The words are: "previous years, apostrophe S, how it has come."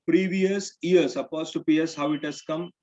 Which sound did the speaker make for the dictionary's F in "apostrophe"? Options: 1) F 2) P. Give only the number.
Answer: 2